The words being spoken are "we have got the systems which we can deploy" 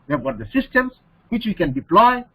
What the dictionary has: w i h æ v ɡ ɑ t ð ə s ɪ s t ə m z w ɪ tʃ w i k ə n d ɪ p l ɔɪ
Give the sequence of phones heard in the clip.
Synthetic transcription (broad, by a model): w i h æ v ɡ ɑ t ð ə s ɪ s t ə m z w ɪ tʃ w i k ə n d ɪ p l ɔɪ